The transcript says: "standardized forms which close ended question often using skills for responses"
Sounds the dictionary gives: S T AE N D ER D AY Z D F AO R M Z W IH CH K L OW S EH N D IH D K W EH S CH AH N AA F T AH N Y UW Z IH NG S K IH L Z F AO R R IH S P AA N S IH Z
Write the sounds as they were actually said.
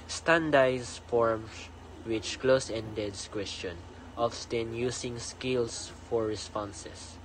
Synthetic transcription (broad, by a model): S T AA N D D AY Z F AO R M S W IH CH K L OW S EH N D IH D K W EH S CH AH N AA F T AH N Y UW S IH NG S K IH L S F AO R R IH S P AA N S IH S